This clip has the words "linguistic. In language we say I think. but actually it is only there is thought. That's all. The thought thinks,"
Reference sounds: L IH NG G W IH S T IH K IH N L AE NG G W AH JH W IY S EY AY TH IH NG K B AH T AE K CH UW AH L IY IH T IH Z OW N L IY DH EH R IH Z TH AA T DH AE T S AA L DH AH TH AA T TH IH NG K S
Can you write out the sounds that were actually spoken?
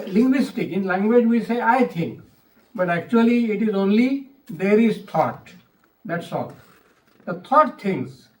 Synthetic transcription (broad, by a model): L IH NG G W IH S T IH K IH N L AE NG G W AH JH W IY S EY AY T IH NG K B AH T AE K CH UW AH L IY IH T IH Z OW N L IY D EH R IH Z T AA T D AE T S AA L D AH T AA T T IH NG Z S